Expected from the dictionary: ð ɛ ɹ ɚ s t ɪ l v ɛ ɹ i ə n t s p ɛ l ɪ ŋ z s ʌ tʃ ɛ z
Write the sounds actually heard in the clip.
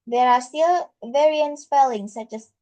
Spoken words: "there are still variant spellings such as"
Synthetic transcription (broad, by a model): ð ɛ ɹ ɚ s t ɪ l v ɛ ɹ i ə n t s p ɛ l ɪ ŋ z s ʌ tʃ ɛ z